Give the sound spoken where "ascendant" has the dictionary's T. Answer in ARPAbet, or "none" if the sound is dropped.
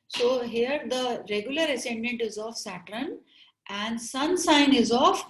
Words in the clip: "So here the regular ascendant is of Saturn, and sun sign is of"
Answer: T